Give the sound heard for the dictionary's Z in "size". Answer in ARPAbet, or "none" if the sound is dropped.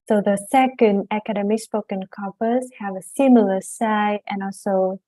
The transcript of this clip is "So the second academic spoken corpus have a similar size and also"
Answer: none